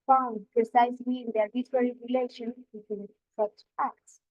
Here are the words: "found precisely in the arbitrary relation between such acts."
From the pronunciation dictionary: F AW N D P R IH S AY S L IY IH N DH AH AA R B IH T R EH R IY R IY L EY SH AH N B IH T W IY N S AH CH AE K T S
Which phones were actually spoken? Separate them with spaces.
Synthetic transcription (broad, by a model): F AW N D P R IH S AY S IY IH N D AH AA R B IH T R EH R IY R IY L EY SH AH N B IH T W IY N S AH CH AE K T S